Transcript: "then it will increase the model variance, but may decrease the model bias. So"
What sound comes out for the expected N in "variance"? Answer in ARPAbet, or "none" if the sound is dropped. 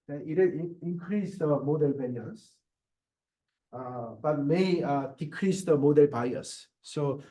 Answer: none